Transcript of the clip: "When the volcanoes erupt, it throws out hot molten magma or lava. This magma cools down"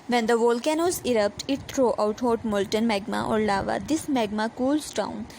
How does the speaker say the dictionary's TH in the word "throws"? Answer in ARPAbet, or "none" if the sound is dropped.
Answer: T